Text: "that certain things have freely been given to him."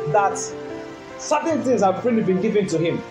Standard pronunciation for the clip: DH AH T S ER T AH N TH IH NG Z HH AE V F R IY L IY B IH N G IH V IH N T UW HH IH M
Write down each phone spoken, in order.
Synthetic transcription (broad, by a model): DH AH T S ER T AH N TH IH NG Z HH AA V P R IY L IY B IH N G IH V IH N T UW HH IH M